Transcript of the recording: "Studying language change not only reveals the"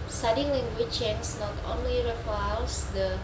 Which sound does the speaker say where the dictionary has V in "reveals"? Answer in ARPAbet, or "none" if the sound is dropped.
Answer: F